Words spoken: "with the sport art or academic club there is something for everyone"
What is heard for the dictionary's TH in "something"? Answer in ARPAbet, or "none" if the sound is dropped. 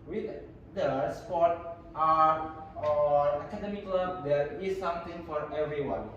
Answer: T